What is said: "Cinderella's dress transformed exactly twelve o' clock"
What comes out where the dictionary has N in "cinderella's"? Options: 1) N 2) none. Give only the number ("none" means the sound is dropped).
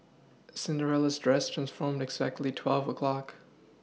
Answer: 1